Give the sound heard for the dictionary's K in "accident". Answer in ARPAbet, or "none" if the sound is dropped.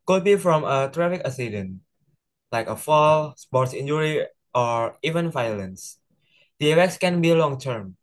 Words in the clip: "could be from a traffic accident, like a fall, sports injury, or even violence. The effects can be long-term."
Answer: none